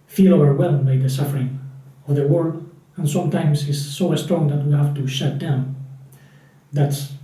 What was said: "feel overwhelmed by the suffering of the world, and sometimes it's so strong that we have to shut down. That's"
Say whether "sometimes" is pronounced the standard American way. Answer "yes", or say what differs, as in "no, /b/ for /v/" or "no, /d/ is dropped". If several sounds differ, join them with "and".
no, /s/ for /z/